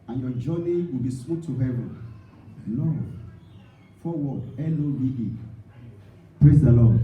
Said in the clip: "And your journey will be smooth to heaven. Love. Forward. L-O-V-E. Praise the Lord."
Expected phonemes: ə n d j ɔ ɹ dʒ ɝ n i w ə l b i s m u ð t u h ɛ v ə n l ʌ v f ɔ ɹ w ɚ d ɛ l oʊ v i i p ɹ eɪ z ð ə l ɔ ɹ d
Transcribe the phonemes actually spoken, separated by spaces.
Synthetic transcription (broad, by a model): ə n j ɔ dʒ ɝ n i w ə l b i s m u t u h ɛ v ə n n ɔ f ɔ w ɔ ɛ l oʊ w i i p ɹ eɪ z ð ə l ɔ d